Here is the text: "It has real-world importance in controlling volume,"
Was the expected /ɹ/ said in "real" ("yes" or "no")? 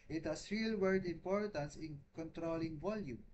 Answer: yes